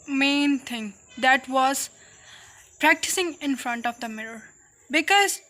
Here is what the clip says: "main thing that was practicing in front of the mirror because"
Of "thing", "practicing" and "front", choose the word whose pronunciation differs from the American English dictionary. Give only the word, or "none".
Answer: thing